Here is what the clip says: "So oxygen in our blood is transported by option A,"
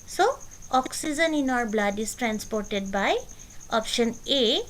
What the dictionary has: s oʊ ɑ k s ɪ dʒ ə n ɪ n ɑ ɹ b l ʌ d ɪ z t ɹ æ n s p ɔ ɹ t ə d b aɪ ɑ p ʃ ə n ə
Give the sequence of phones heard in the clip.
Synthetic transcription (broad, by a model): s oʊ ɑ k s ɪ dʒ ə n ɪ n ɑ ɹ b l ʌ d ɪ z t ɹ æ n s p ɔ ɹ t ə d b aɪ ɑ p ʃ ə n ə